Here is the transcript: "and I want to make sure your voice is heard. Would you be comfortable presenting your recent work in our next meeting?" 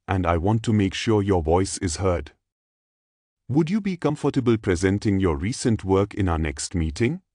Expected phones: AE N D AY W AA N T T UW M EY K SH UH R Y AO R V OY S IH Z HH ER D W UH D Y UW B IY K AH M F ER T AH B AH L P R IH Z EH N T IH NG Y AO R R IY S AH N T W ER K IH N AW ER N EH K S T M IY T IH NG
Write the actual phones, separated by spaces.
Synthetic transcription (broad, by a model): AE N D AY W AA N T T UW M EY K SH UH R Y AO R V OY S IH Z HH ER D W UH D Y UW B IY K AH M F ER T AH B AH L P R IH Z EH N T IH NG Y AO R R IY S AH N T W ER K IH N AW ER N EH K S T M IY T IH NG